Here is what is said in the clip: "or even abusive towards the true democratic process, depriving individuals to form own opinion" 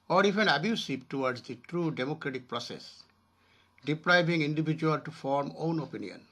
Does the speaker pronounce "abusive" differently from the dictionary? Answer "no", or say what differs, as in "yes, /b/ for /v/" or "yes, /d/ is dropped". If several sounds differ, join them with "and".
yes, /p/ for /v/